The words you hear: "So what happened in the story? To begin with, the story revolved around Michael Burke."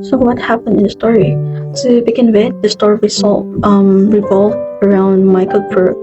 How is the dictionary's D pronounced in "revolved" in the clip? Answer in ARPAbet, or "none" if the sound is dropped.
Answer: none